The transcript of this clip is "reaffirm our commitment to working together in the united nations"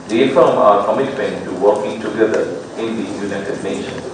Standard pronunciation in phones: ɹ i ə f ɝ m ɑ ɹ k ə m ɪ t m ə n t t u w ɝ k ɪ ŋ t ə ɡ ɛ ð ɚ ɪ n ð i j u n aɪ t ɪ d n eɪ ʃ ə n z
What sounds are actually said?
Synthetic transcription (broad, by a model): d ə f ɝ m ɑ ɹ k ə m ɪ t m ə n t t u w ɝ k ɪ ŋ t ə ɡ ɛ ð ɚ ɪ n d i j u n aɪ t ɪ d n eɪ ʃ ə n